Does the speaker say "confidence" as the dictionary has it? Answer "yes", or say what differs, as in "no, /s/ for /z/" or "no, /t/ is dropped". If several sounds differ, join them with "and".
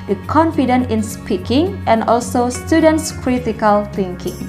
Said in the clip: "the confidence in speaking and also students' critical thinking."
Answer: no, /s/ is dropped